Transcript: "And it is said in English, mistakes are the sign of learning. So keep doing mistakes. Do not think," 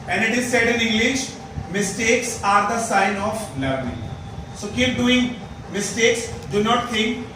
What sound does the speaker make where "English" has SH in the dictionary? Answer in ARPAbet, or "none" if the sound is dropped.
SH